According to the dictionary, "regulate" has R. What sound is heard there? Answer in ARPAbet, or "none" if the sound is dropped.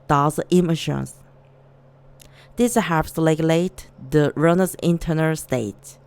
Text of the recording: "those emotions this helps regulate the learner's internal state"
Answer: L